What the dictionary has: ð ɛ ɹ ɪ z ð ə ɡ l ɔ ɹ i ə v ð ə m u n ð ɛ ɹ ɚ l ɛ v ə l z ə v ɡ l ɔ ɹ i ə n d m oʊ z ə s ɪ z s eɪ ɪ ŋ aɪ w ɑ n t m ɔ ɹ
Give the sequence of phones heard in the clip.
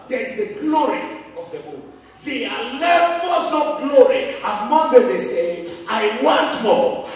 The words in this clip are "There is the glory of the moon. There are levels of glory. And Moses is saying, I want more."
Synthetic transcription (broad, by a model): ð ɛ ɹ ɪ z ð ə ɡ l ɔ ɹ i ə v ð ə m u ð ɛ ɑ l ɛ f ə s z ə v ɡ l ɔ ɹ i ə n m oʊ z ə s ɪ s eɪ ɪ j w ɑ n t m ɔ